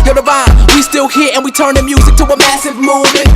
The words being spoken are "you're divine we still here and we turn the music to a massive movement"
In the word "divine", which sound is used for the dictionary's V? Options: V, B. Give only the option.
B